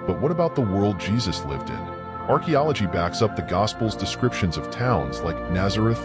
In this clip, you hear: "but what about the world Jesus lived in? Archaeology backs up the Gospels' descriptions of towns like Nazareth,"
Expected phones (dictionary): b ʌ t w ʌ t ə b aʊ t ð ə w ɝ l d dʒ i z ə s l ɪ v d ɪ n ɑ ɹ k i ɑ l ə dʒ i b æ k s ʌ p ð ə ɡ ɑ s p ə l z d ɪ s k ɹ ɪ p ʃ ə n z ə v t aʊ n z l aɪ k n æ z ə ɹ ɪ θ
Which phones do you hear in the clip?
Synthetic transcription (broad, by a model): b ʌ t w ʌ t ə b aʊ t ð ə w ɝ l d dʒ i z ə s l ɪ v d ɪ n ɑ ɹ k i ɑ l ə dʒ i b æ k s ʌ p ð ə ɡ ɑ s p l z d ɪ s k ɹ ɪ p ʃ ə n z ə v t aʊ n z l aɪ k n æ z ə ɹ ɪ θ